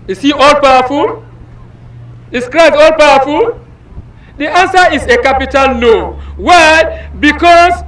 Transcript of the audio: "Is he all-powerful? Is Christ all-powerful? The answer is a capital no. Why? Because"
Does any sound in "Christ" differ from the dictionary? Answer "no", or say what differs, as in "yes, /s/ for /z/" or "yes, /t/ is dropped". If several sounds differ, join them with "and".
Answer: yes, /t/ is dropped